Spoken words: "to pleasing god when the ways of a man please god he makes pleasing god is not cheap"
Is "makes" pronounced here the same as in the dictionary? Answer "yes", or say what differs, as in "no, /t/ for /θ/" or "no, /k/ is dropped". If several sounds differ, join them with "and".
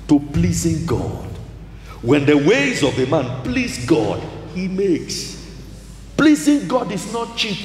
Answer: yes